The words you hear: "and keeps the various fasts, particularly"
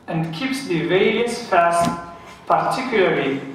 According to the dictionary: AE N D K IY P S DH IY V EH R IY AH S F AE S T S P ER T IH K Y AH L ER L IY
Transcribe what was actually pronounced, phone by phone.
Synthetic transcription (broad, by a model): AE N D K IY P S DH IY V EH IY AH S F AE S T P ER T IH K Y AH L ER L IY